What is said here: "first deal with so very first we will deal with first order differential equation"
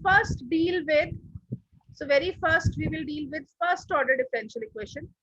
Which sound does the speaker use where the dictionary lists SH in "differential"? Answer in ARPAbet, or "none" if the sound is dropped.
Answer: SH